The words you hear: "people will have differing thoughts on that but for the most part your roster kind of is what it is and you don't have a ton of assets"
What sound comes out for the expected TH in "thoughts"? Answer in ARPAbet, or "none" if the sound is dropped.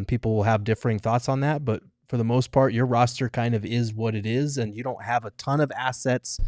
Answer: TH